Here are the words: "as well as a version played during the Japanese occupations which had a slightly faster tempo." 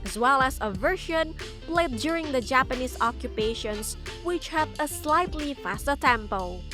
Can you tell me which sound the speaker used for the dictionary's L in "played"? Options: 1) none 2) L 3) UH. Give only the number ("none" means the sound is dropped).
2